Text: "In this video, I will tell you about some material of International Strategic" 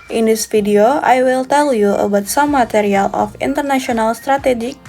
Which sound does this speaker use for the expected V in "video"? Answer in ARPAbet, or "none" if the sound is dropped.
F